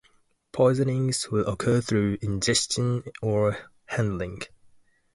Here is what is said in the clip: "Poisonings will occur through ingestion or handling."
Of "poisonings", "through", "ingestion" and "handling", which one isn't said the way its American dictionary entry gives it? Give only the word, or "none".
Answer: none